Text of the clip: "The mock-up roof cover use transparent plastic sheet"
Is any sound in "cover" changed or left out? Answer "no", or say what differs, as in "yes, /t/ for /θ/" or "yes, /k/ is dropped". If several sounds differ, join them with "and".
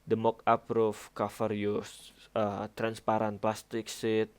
yes, /f/ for /v/